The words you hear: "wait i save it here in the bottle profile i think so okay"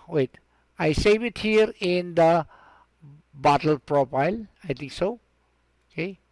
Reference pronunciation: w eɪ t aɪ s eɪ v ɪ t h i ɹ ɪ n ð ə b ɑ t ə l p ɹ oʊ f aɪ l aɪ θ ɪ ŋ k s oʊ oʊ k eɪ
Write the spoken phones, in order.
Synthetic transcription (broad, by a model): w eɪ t aɪ s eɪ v ɪ t h i ɹ ɪ n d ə b ɑ t ə l p ɹ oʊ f aɪ l aɪ t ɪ ŋ k s oʊ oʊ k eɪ